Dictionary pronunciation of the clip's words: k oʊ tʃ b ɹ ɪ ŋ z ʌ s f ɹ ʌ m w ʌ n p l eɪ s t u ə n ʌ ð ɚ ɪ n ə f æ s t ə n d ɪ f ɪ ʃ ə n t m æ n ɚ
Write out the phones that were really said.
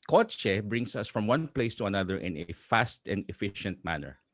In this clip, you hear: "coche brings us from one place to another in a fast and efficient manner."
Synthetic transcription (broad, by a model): k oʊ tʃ b ɹ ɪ ŋ s ʌ s f ɹ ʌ m w ʌ n p l eɪ s t u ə n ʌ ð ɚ ɪ n ə f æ s t ə n d ɪ f ɪ ʃ ə n t m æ n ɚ